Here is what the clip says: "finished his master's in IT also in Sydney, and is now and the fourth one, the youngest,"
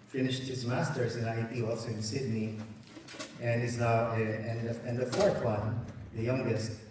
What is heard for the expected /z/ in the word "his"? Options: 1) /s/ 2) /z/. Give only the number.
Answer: 2